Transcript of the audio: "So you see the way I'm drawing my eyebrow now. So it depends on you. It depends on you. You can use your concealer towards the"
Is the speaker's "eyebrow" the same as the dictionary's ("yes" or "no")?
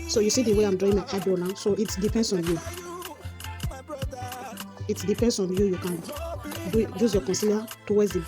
no